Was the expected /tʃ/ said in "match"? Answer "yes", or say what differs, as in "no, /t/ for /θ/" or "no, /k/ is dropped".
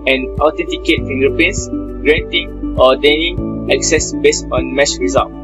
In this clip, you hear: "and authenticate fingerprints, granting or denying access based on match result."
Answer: no, /s/ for /tʃ/